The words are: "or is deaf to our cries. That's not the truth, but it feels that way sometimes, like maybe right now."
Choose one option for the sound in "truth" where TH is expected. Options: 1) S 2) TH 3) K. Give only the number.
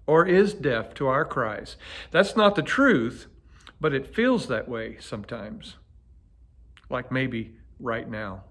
2